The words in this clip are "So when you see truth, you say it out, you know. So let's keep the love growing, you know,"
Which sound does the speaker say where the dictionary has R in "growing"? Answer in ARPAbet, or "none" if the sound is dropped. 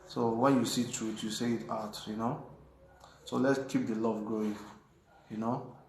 none